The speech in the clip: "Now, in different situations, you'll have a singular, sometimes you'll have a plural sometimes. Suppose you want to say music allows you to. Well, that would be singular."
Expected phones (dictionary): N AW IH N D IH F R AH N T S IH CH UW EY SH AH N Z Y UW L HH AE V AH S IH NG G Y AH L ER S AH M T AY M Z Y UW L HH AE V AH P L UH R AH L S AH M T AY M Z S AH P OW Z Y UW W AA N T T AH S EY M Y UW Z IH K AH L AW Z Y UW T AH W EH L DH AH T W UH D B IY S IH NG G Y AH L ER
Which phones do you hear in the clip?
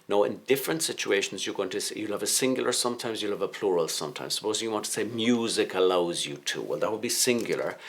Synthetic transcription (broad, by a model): N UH IH N D IH F R AH N T S IH CH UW EY SH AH N Z Y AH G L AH V AH S IH NG G Y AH L ER S AH M T AY M Z Y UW L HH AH V AH P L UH R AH L S AH M T AY M Z S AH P OW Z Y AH W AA N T T AH S EY M Y UW Z IH K AH L AW Z Y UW T AH W EH L DH AH T W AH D B IY S IH NG G Y L ER